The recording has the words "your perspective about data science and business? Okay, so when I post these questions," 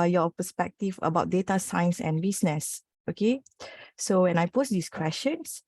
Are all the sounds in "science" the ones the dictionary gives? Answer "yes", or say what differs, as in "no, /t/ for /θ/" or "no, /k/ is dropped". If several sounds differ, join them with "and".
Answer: yes